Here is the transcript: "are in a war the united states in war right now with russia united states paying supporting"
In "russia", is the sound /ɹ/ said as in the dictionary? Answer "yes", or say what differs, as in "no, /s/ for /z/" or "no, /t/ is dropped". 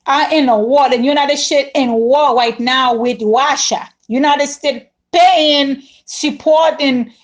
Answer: no, /w/ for /ɹ/